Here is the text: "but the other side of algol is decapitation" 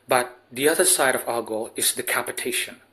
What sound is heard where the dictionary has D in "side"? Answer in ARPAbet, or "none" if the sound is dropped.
D